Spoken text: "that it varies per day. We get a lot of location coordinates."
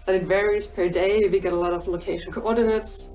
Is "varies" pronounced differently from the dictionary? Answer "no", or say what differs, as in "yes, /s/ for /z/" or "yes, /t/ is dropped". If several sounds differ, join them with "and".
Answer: no